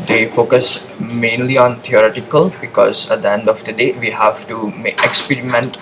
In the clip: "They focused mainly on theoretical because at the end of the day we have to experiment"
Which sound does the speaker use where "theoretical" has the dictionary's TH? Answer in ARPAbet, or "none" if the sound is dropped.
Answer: T